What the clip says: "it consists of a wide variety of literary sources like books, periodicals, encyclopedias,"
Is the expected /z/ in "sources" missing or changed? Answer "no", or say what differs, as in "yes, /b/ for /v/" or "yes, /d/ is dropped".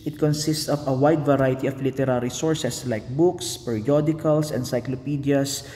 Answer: yes, /s/ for /z/